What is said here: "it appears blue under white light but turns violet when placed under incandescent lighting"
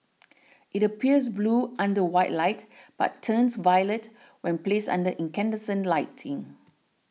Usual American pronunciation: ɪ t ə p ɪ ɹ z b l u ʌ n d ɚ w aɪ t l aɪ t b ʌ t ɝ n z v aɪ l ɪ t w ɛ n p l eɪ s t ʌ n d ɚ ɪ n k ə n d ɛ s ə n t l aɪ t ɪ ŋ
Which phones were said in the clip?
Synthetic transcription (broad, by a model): ɪ t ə p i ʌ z b l u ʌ n d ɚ w aɪ t l aɪ t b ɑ t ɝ n s v aɪ l ɪ t w ɛ n p l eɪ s ʌ n d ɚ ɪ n k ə n d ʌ s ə n l aɪ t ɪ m